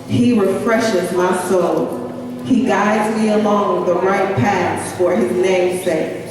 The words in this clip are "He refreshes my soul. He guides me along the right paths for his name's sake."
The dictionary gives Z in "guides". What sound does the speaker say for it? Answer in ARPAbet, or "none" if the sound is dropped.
Z